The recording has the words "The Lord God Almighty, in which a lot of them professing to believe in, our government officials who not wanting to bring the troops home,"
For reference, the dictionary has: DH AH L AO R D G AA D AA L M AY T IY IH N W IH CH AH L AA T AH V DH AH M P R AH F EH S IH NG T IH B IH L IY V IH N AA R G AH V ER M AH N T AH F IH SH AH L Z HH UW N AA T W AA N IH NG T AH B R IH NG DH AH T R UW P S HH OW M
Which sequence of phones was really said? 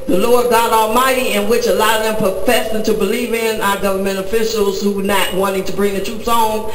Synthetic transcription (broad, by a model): DH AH L AO R D G AA D AA L M AY T IY IH N W IH CH AH L AA AH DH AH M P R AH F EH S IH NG T IH B IH L IY V IH N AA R G AH V ER M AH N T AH F IH SH L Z HH UW N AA T W AA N IH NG T AH B R IH NG DH AH T R UW P S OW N